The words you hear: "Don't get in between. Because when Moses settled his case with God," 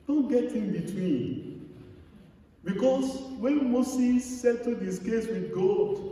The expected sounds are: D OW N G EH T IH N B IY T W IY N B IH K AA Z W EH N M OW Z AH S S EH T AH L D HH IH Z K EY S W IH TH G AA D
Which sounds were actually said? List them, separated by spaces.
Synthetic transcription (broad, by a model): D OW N G EH T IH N B IY T W IY N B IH K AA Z W EH N M OW S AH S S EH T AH D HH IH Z K EY S W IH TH G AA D